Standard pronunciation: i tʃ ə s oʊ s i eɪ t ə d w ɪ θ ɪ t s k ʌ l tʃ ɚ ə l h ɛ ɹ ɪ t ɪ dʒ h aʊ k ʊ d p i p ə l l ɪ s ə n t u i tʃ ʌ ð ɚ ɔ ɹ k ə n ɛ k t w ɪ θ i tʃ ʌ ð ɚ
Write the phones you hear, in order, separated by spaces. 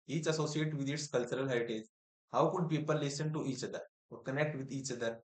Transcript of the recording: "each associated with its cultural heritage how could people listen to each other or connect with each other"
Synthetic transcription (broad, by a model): i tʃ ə s oʊ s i eɪ t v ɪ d ɪ t s k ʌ l tʃ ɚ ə l h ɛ ɪ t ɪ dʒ h aʊ k ʊ d p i p ə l l ɪ s ə n t u i tʃ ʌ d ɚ ɔ ɹ k ə n ɛ k t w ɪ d i tʃ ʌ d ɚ